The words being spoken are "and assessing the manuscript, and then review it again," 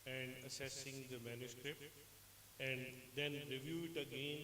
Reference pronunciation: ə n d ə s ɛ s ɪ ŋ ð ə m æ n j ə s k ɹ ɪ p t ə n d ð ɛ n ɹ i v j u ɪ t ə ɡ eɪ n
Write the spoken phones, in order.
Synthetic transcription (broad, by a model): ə n d ə s ɛ s ɪ ŋ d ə m æ n j ə s k ɹ ɪ p t ə n d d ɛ n ɹ i v j u ɪ t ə ɡ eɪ n